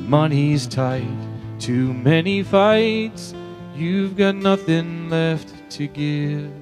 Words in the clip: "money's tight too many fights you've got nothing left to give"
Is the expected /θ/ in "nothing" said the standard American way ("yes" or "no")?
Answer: yes